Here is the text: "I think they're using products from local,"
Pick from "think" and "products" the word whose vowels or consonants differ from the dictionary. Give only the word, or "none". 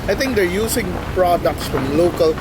think